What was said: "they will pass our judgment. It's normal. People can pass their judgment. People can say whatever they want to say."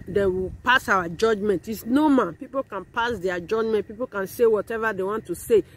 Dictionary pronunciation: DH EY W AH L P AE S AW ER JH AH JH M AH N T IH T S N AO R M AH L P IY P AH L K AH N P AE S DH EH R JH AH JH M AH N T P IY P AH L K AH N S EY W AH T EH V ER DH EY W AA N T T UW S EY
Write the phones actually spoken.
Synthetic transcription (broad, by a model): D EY W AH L P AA S AW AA JH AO JH M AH N T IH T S N AO M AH N P IY P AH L K AH N P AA S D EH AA JH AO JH M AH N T P IY P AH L K AH N S EY W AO T EH V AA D EY W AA N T T UW S EY